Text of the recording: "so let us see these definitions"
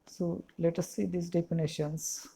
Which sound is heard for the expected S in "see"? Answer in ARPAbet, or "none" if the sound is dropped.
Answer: S